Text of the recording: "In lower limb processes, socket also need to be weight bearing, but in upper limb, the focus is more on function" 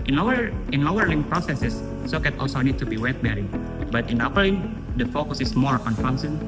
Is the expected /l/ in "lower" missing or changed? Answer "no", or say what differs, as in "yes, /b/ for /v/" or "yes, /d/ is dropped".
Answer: yes, /n/ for /l/